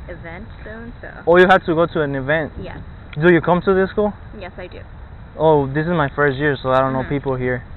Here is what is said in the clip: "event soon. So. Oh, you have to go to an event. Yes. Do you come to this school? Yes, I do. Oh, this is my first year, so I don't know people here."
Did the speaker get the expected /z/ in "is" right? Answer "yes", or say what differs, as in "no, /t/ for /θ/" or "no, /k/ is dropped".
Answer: yes